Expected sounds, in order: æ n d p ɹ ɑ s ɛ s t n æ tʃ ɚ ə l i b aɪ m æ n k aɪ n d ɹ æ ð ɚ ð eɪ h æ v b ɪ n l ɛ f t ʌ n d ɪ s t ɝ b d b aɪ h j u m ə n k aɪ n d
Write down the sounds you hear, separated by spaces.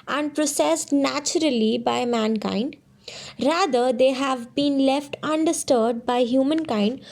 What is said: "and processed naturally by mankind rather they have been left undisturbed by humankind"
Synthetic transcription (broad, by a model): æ n d p ɹ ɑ s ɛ s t n æ tʃ ɚ ə l i b aɪ m æ n k aɪ n d ɹ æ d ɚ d eɪ h æ v b ɪ n l ɛ f t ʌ n d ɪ s t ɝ d b aɪ h j u m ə n k aɪ n d